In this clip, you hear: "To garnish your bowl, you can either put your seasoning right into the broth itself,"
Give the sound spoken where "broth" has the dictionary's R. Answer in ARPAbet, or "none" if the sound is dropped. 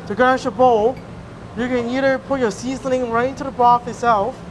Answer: none